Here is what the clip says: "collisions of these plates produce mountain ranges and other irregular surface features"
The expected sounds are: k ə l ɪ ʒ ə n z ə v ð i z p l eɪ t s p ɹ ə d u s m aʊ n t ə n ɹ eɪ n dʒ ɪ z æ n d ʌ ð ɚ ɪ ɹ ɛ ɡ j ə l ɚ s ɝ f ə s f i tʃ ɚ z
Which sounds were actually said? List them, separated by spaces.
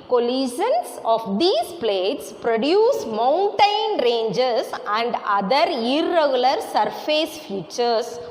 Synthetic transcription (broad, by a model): k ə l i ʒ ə n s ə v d i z p l eɪ t s p ɹ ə d u s m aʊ n t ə n ɹ eɪ n dʒ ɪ s æ n d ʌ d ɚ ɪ ɹ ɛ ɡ j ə l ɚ s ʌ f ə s f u tʃ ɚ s